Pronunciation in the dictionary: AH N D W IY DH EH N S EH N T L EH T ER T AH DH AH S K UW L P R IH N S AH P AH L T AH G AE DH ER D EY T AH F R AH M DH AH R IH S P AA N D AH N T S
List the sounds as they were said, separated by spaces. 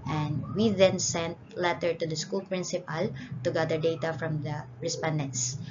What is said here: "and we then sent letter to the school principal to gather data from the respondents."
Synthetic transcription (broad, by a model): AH N D W IY DH EH N S EH N T L EH T ER T AH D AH S K UW L P R IH N S AH P AH L T AH G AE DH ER D EY T AH F R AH M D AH R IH S P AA N D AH N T S